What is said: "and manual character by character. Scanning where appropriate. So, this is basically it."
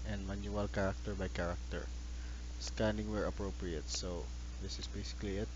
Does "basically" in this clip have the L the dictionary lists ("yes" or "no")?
yes